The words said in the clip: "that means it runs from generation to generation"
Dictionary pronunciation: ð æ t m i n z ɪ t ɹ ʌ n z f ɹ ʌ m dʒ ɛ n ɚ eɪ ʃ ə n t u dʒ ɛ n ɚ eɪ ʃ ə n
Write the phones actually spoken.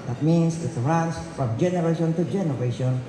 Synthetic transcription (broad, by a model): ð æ t m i n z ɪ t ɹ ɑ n s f ɹ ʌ m dʒ ɛ n ɚ eɪ ʃ ə n t u dʒ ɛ n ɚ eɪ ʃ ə n